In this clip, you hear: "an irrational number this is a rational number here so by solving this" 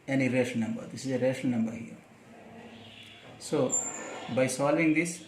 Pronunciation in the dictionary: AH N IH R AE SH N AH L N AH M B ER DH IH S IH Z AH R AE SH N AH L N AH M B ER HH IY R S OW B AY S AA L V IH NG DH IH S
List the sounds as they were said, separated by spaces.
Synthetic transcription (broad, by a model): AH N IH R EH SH AH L N AH M B ER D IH S IH Z AH R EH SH AH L N AH M B ER HH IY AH S OW B AY S AA L V IH NG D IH S